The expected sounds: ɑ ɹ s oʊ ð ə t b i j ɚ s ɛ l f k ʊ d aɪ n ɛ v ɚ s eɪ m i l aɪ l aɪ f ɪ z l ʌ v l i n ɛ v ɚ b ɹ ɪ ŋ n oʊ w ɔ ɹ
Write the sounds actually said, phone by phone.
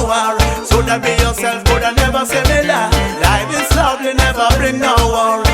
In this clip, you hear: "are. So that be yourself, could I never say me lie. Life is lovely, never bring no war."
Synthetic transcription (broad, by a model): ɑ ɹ s oʊ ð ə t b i j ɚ s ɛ l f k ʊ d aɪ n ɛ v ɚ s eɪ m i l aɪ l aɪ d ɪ s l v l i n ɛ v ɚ b ɹ ɪ ŋ n oʊ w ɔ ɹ